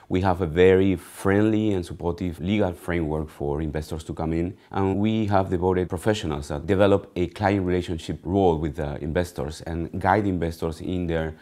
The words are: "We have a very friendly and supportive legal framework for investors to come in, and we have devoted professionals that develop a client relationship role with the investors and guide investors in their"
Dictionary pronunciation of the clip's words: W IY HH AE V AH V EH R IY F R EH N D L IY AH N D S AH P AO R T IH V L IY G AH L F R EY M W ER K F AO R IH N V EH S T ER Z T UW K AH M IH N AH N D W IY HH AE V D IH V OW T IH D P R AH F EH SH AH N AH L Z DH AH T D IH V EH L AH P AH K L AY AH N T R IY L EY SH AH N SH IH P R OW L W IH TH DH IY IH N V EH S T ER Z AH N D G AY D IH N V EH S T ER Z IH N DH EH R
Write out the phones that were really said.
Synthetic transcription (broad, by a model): W IY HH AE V AH V EH R IY F R EH N D L IY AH N S AH P AO R T IH V L IY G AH L F R EY M W ER K F AO R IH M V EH S T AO S T UW K AH M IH N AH N W IY HH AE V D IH B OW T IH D P R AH F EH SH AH N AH L S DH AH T D IH V EH L AH P AH K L AY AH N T R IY L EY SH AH N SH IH P R OW L W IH DH IY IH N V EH S T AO S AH N G AY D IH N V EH S T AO S IH N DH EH R